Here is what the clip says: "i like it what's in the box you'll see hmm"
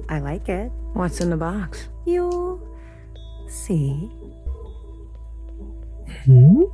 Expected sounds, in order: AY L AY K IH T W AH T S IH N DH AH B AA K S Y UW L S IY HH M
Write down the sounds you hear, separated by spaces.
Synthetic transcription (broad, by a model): AY L AY K IH T W AH T S IH N DH AH B AA K S Y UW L S IY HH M